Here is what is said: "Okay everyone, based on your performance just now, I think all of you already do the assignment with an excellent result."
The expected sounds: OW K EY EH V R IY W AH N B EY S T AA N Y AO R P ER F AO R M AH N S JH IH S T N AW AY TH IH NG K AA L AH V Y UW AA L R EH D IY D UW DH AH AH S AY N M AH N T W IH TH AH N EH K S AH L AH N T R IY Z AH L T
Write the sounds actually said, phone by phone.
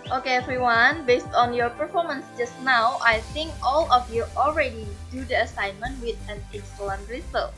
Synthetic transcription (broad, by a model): OW K EY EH F R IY W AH N B EY S T AA N Y AO R P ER F AO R M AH N S JH IH S T N AW AY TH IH NG K AA L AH F Y UW AA L R EH D IY D UW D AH AH S AY N M AH N T W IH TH AH N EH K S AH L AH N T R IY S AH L